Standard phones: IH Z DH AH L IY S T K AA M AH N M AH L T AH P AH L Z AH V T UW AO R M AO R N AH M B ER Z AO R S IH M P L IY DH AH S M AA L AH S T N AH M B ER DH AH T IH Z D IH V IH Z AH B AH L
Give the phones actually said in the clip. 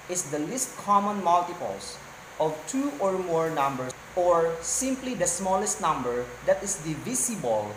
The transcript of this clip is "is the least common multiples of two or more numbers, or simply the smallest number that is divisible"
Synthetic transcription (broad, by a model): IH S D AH L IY S T K AA M AH N M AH L T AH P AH L S AH V T UW AO R M AO R N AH M B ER AO R S IH M P L IY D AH S M AA L AH S T N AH M B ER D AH T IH S D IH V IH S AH B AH L